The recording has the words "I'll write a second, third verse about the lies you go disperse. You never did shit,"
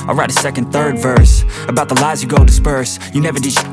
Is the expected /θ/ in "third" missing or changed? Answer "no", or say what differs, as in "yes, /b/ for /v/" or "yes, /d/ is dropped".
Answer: no